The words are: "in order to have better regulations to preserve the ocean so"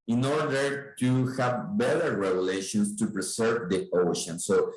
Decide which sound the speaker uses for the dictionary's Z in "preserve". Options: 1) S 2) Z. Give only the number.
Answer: 1